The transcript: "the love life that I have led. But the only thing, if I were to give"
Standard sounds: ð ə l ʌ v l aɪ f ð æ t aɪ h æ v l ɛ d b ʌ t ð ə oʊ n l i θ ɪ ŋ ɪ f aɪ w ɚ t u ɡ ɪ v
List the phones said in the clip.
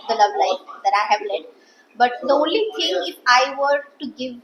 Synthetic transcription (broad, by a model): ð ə l ʌ v l aɪ f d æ t aɪ h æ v l ɛ d b ʌ t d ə oʊ n l i t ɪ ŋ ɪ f aɪ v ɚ t u ɡ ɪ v